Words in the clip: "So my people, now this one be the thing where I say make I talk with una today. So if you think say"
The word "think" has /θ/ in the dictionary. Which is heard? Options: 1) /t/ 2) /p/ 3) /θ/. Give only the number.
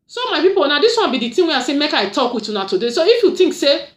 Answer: 1